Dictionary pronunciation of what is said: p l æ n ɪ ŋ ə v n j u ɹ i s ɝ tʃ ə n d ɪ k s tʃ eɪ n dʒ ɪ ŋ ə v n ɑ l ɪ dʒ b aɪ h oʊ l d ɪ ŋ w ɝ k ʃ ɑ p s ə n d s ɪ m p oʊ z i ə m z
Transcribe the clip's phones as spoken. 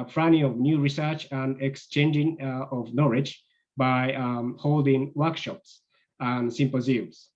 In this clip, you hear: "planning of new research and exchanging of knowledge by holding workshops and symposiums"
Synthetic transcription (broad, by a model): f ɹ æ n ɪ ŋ ə v n j u ɹ i s ɝ tʃ ə n d ɪ k s tʃ eɪ n dʒ ɪ ŋ ə v n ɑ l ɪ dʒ b aɪ h oʊ l d ɪ ŋ w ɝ k ʃ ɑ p s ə n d s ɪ m p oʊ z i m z